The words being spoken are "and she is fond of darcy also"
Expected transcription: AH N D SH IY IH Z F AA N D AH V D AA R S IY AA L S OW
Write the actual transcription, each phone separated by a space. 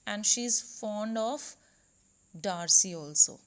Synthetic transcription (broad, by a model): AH N D SH IY IH Z F AA N D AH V D AA R S IY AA L S OW